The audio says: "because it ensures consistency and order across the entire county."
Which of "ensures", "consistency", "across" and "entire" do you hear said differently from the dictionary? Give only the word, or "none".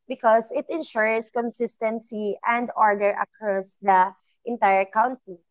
ensures